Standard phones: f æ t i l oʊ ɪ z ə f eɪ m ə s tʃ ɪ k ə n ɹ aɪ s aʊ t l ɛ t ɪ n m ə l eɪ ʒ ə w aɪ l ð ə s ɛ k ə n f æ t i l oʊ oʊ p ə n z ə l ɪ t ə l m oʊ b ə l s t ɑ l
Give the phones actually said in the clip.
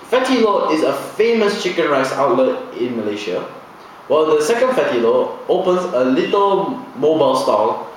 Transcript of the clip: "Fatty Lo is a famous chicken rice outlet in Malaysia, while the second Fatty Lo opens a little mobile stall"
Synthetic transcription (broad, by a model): f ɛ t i l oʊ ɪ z ə f eɪ m ə s tʃ ɪ k ə n ɹ aɪ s aʊ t l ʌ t ɪ n m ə l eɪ ʃ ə w aɪ l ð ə s ɛ k ə n f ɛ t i l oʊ oʊ p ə n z ə l ɪ t ə l m oʊ b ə l s t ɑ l